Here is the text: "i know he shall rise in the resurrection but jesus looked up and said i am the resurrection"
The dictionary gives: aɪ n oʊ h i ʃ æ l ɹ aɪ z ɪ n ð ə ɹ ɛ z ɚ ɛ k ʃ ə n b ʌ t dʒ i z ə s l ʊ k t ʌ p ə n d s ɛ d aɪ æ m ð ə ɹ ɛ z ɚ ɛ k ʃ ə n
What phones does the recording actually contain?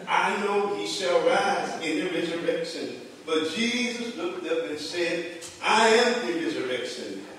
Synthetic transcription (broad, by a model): aɪ n oʊ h i ʃ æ l ɹ aɪ z ɪ n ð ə ɹ ɛ z ɚ ɛ k ʃ ə n b ʌ t dʒ i z ə s l ʊ k t ʌ p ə n s ɛ d aɪ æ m ð ə ɹ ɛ z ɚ ɛ k ʃ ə n